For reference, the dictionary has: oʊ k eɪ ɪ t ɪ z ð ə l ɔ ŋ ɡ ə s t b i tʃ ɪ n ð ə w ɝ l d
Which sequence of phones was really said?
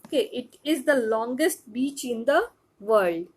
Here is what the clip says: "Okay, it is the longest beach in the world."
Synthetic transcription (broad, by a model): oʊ k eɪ ɪ t ɪ z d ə l ɔ ŋ ɡ ə s t b i tʃ ɪ n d ə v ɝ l d